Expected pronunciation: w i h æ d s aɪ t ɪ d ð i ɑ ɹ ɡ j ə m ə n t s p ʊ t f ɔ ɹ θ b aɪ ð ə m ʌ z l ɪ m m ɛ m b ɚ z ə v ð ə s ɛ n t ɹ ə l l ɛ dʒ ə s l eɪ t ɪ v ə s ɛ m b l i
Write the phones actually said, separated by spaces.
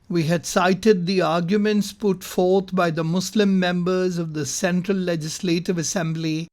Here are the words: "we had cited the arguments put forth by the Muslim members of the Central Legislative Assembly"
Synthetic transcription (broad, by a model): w i h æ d s aɪ t ɪ d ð i ɑ ɹ ɡ j ə m ə n t s p ʊ t f ɔ ɹ t b aɪ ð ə m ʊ s l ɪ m m ɛ m b ɚ z ə v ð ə s ɛ n t ɹ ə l l ɛ dʒ ə s l eɪ t ɪ v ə s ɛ m b l i